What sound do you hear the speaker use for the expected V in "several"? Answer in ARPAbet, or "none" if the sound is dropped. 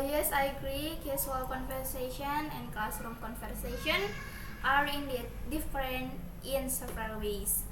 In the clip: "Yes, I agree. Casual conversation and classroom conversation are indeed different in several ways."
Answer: P